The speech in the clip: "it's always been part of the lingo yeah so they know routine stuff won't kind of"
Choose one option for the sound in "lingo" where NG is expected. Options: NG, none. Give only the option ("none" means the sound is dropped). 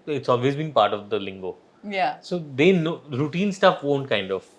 NG